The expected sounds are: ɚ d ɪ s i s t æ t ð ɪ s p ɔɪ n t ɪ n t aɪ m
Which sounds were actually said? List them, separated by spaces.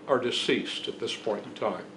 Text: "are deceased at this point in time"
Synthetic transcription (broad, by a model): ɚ d ɪ s i s t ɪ t ð ɪ s p ɔɪ n t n t aɪ m